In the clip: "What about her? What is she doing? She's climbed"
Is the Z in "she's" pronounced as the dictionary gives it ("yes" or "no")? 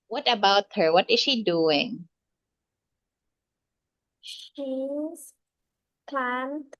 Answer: no